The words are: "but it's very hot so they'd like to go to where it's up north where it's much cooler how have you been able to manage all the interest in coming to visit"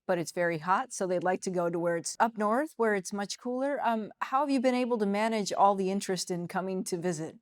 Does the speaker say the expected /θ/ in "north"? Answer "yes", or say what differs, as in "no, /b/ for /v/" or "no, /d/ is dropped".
yes